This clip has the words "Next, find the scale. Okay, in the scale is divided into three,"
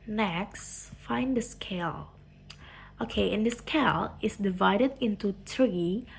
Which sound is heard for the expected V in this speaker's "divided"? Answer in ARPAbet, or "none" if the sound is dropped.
V